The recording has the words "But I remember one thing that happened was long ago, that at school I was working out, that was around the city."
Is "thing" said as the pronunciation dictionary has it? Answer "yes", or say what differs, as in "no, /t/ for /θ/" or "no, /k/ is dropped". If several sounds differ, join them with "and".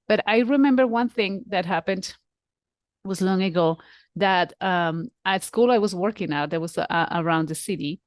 yes